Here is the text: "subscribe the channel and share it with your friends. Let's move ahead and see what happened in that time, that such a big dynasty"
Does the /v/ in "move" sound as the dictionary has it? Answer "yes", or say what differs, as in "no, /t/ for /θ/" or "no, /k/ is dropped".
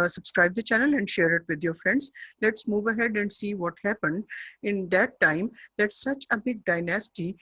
yes